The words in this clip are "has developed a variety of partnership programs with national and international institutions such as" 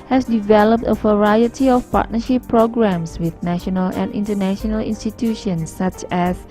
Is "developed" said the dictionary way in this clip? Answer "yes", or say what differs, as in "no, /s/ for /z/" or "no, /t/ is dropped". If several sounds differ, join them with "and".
yes